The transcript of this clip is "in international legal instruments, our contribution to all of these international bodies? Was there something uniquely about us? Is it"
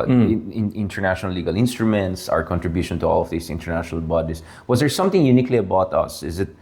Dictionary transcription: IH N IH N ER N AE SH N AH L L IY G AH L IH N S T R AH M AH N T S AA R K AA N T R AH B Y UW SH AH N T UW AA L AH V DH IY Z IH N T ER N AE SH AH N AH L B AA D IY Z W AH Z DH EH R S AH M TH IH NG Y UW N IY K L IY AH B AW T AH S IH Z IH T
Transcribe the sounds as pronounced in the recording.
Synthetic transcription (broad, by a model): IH N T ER N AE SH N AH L L IY G AH L IH N S T R AH M AH N T S AA R K AA N T R AH B Y UW SH AH N T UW AA L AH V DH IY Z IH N T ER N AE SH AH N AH L B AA D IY S W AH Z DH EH R S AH M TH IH NG Y UW N IY K L IY AH B AW T AH S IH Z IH T